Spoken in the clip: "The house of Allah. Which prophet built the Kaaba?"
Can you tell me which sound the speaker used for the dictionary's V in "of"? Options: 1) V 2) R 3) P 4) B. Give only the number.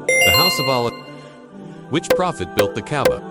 1